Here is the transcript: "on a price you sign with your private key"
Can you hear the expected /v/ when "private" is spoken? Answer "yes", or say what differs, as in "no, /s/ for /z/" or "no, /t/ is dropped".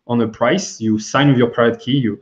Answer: no, /v/ is dropped